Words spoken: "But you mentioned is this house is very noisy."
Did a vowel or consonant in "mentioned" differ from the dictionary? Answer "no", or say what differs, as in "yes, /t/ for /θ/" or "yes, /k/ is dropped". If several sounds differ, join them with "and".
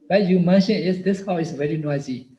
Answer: yes, /d/ is dropped